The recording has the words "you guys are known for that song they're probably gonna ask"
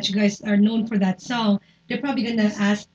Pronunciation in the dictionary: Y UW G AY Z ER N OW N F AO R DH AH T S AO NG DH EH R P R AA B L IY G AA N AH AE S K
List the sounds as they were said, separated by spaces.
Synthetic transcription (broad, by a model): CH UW G AY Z ER N OW N F AO R DH AH T S AO NG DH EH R P R AA B L IY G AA N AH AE S